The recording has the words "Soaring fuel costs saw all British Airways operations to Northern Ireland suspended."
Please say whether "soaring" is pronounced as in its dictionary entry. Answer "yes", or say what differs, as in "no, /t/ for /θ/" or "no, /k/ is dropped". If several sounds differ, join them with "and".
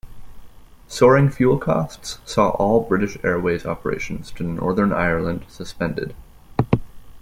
yes